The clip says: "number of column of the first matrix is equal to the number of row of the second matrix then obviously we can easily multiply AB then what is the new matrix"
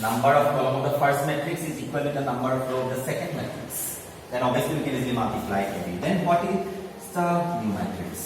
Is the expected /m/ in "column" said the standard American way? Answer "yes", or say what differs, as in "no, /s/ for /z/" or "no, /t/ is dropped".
no, /m/ is dropped